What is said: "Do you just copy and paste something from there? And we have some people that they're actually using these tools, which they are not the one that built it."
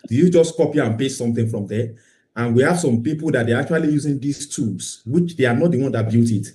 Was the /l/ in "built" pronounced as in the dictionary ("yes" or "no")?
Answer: no